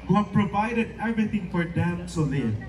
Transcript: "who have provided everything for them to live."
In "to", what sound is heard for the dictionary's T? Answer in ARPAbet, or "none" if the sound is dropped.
S